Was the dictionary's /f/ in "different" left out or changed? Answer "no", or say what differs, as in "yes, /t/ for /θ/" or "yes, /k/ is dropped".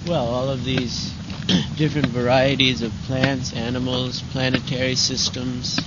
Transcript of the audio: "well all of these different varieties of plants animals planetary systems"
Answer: no